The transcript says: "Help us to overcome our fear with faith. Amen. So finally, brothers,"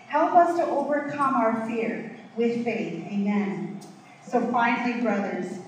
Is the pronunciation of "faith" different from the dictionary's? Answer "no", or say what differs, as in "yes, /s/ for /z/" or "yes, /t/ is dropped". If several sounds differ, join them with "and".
no